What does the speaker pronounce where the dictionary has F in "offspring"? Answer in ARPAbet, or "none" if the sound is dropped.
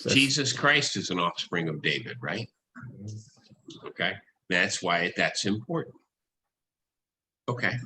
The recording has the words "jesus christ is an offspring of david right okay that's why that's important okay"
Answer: F